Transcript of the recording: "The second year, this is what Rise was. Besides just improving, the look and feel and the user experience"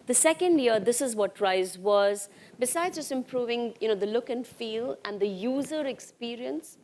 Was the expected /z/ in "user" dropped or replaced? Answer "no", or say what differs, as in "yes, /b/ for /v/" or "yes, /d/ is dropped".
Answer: no